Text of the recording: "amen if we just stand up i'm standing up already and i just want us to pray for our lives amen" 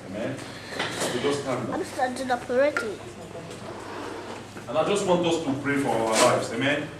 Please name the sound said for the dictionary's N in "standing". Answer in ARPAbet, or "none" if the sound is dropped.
none